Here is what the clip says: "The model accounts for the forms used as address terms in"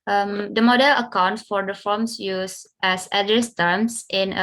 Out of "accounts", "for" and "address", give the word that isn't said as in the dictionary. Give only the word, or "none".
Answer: accounts